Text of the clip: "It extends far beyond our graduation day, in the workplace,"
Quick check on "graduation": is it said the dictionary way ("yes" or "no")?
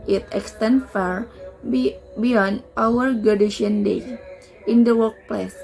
no